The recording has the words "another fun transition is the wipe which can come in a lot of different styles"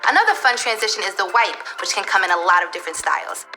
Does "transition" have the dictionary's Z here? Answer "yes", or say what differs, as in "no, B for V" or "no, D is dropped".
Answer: yes